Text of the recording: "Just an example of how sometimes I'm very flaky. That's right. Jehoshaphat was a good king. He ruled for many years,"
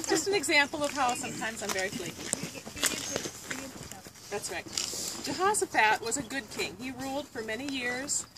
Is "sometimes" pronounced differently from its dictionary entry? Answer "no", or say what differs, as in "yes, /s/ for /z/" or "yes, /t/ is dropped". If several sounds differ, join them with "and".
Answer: no